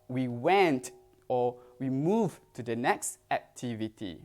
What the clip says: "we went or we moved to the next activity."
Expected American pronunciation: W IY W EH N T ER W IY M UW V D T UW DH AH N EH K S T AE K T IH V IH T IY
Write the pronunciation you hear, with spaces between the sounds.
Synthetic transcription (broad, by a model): W IY W EH N T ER W IY M UW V T UW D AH N EH K S T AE K T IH V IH T IY